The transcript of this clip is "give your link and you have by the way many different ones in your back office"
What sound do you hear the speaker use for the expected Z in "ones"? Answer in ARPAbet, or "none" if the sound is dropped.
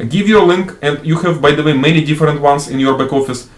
S